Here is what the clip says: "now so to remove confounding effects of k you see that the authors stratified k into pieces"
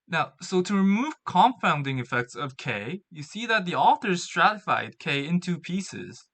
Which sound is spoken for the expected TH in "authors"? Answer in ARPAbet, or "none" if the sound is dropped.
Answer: TH